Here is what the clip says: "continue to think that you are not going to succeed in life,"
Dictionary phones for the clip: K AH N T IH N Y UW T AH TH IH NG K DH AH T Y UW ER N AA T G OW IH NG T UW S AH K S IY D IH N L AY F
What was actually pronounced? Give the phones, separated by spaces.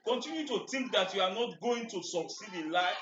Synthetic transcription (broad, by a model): K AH N T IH N Y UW T AH T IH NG K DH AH T Y UW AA N AA T G OW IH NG T UW S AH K S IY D IH N L AY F